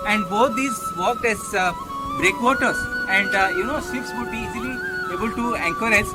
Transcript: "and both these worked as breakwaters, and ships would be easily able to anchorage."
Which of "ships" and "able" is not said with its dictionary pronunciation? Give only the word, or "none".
ships